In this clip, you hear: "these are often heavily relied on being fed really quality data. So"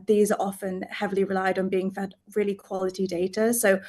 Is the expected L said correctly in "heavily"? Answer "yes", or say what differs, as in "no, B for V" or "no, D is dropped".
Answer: yes